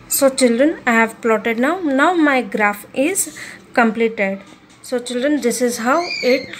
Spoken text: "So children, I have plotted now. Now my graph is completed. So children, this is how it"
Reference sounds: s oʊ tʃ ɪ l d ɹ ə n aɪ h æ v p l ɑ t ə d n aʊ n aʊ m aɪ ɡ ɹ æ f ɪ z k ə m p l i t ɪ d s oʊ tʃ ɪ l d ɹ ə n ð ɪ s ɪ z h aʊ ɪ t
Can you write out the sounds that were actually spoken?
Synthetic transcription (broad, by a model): s oʊ tʃ ɪ l d ɹ ə n aɪ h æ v p l ɑ t ə d n aʊ n aʊ m aɪ ɡ ɹ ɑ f ɪ z k ə m p l i t ɪ d s oʊ tʃ ɪ l d ɹ ə n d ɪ s ɪ z h aʊ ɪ t